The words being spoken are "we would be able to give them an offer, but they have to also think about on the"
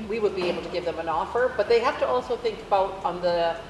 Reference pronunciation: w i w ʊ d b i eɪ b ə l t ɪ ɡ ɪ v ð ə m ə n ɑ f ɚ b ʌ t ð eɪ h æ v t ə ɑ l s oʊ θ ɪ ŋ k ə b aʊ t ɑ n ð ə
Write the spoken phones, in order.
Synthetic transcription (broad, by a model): w i w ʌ d b i eɪ b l t ɪ ɡ ɪ v ð ə m ə n ɑ f ɚ b ʌ t ð eɪ h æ f t ə ɑ l s oʊ θ ɪ ŋ k ə b aʊ t n ð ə